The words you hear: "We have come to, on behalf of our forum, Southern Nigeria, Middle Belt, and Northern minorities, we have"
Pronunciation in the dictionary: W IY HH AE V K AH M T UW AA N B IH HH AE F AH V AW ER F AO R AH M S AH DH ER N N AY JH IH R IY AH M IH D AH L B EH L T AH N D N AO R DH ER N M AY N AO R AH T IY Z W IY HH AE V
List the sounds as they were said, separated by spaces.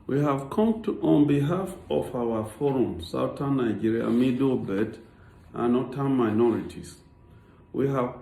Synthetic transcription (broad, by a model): W IY HH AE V K AH M T UW AA N B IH HH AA F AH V AW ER F AO R AH M S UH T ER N N AY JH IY R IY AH M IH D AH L B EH T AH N N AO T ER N M AY N AO R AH T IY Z W IY HH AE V